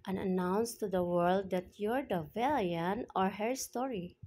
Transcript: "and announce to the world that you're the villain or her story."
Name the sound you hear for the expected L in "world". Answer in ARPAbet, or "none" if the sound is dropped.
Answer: L